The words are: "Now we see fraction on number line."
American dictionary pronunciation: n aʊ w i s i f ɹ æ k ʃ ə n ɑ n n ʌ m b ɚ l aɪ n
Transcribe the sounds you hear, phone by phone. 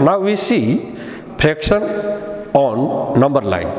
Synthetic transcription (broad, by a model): n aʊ w i s i p ɹ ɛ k s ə n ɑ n n ʌ m b ɚ l aɪ n